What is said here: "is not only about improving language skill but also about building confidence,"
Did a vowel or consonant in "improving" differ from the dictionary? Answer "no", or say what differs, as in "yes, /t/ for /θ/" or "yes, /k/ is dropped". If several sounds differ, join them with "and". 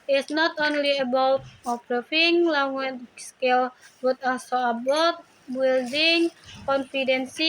yes, /m/ is dropped